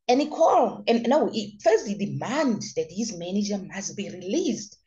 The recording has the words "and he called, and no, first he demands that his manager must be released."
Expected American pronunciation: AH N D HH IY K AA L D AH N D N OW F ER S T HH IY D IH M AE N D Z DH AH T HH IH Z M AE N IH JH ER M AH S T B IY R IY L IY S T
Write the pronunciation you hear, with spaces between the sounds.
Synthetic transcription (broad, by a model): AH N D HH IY K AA L AH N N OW F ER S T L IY D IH M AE N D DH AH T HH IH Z M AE N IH JH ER M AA S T B IY R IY L IY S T